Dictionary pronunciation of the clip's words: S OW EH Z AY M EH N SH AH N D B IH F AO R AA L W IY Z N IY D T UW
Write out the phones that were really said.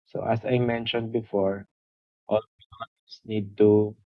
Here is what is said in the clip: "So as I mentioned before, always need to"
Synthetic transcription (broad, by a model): S OW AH S AY M EH N SH AH N D B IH F AO R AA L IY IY S N IY D T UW